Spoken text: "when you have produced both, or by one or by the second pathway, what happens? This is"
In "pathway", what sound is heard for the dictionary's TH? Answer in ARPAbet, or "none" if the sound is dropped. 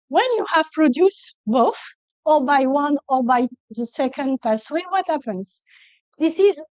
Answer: S